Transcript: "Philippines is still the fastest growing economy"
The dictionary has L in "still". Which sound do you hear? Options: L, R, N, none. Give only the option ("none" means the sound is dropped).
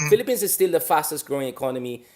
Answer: L